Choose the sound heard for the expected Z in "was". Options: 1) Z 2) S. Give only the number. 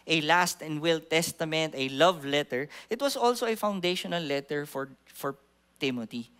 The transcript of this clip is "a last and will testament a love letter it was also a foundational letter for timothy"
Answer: 2